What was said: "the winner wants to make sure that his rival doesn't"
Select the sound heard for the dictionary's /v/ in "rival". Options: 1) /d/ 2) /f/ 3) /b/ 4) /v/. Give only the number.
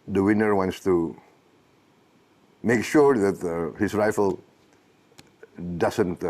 2